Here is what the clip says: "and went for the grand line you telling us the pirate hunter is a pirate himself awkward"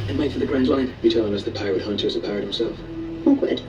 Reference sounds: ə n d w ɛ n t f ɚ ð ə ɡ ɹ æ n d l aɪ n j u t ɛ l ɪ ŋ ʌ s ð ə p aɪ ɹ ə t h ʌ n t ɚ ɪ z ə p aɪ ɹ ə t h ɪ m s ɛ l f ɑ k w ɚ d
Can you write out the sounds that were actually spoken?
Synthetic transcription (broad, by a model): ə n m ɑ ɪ t f ɚ ð ə ɡ ɹ æ n d l aɪ n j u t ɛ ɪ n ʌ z ð ə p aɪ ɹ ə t h ʌ n t ɚ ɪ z ə p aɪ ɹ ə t h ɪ m s ɛ l f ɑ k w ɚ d